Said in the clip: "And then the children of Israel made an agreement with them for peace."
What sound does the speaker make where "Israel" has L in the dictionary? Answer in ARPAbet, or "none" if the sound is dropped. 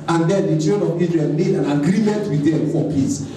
N